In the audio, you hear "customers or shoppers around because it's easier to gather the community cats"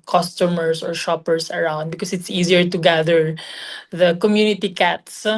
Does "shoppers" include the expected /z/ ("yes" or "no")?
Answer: no